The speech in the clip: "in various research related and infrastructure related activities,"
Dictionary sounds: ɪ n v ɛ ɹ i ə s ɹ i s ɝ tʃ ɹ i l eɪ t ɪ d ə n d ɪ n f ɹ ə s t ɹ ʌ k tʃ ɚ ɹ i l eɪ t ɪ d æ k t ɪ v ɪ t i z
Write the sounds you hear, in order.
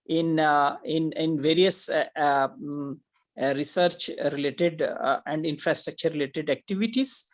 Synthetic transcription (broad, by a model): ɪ n v ɛ ɹ i ə s ɹ i s ɝ tʃ ɹ i l eɪ t ɪ d ə n d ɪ n f ɹ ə s t ɹ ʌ k tʃ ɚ ɹ i l eɪ t ɪ d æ k t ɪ v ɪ t i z